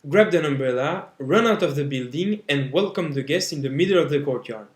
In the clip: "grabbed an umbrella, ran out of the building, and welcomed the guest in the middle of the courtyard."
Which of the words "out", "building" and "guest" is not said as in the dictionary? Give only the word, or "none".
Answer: none